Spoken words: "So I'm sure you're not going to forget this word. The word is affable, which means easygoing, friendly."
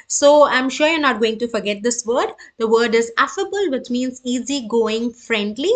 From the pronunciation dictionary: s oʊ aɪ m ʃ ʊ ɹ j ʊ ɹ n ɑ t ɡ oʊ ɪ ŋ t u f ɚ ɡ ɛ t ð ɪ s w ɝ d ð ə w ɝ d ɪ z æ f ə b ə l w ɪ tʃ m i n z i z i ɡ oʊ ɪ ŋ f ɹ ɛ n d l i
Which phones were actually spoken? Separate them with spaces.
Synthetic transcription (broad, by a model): s oʊ aɪ m ʃ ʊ ɹ j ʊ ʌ n ɑ t ɡ oʊ ɪ ŋ t u f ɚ ɡ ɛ t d ɪ s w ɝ d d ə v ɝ d ɪ z æ f ə b ə l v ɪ tʃ m i n z i z i ɡ oʊ ɪ ŋ f ɹ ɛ n d l i